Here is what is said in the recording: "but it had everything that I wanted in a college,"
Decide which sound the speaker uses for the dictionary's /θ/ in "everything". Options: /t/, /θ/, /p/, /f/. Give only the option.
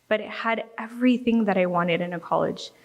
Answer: /θ/